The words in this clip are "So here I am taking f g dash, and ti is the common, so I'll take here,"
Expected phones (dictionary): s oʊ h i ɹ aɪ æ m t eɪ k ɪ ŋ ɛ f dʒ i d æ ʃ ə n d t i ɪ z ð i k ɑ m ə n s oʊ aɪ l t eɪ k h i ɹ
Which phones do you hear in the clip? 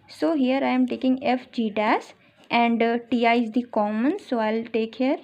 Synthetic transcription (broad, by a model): s oʊ h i ɹ aɪ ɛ m t eɪ k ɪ ŋ ɛ f dʒ i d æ s ə n d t i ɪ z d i k ɑ m ə n s oʊ aɪ l t eɪ k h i ɹ